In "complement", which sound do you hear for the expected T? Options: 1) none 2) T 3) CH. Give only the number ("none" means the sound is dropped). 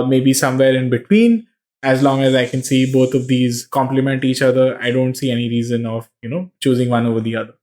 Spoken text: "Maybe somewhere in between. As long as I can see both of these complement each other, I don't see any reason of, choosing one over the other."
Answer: 2